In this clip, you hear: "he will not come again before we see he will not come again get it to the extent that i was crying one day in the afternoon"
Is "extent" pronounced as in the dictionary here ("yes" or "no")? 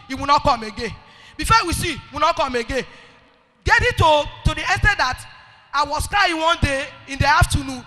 no